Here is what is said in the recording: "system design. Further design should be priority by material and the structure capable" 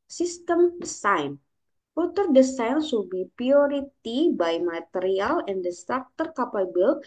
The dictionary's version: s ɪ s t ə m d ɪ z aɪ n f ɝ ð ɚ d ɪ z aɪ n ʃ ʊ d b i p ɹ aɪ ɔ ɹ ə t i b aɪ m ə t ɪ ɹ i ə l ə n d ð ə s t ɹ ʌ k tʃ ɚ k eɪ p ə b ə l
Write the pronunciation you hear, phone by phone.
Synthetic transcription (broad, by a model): s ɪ s t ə m d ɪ s aɪ n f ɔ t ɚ d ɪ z aɪ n s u b i p ɹ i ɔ ɹ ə t i b aɪ m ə t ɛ ɹ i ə l ə n d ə s t ɹ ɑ k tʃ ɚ k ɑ p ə b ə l